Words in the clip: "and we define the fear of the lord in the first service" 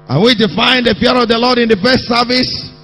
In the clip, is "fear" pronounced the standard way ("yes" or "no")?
no